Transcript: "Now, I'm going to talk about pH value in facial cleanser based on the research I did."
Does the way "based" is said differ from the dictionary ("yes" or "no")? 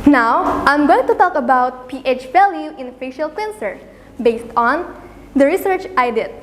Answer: no